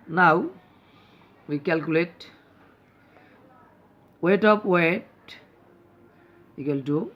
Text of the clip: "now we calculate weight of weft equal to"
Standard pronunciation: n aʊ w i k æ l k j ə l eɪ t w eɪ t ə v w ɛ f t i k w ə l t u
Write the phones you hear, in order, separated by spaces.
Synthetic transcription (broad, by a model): n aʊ w i k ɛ l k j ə l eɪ t w eɪ t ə p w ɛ t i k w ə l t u